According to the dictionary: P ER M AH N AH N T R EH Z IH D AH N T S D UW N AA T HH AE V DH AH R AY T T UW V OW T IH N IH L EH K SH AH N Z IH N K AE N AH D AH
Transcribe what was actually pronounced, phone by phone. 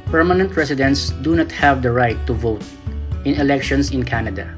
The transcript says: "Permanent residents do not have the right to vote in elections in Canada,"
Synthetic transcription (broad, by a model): P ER M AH N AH N T R EH S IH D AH N T S D UW N AA T HH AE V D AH R AY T T UW V OW T IH N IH L EH K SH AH N S IH N K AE N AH D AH